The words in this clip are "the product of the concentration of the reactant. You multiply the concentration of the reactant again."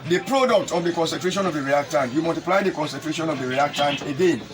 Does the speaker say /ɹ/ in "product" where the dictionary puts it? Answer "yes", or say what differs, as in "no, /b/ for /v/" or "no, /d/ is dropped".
yes